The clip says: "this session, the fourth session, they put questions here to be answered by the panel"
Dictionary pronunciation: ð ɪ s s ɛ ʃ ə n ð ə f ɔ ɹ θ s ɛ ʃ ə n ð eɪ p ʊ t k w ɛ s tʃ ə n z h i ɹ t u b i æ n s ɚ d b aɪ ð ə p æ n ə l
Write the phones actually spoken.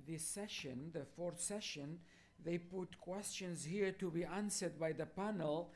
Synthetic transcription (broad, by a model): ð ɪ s s ɛ ʃ ə n ð ə f ɔ ɹ θ s ɛ ʃ ə n ð eɪ p ʊ t k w ɛ s tʃ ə n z h i ɹ t u b i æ n s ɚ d b aɪ ð ə p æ n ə l